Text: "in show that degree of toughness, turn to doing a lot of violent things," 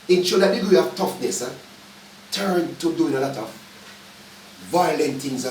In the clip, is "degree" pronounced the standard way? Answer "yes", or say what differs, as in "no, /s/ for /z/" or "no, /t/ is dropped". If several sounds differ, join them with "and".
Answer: no, /ɹ/ is dropped